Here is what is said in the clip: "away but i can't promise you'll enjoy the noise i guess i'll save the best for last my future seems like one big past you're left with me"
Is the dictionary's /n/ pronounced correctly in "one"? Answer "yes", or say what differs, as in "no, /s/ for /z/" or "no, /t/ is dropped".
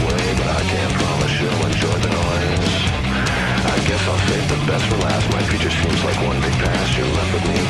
yes